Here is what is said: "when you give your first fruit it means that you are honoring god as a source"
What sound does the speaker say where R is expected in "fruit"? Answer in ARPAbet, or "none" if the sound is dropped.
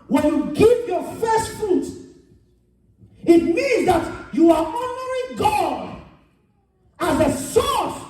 none